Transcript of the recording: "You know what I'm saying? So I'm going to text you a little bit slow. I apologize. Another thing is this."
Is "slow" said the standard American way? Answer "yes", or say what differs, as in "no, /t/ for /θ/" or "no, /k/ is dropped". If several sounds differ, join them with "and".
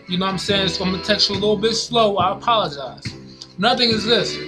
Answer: yes